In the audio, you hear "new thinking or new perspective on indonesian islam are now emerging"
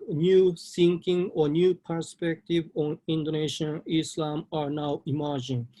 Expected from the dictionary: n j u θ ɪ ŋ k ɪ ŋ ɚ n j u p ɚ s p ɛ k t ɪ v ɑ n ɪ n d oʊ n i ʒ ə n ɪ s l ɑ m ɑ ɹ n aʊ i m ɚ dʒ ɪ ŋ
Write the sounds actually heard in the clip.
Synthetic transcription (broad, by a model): n j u s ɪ ŋ k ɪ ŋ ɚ n j u p ɚ s p ɛ k t ɪ v ɑ n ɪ n d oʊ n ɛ ʃ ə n ɪ s l ɑ m ɑ ɹ n aʊ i m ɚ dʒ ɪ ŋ